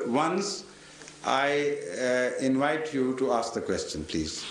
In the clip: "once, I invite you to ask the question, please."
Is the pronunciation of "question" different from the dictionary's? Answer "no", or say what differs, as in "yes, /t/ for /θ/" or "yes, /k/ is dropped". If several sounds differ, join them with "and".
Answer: no